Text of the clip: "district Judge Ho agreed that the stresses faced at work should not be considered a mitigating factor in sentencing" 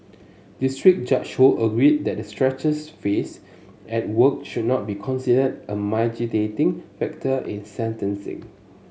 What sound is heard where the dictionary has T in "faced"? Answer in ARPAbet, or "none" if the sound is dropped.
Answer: none